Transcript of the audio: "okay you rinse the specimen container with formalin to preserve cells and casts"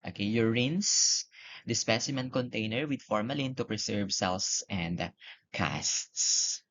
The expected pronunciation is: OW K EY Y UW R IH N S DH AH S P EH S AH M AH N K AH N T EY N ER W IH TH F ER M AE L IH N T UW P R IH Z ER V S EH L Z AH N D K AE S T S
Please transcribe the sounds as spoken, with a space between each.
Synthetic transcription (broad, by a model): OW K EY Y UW R IH N S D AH S P EH S AH M AH N K AH N T EY N ER W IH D F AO M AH L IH N T UW P R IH S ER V S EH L S AH N D K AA S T S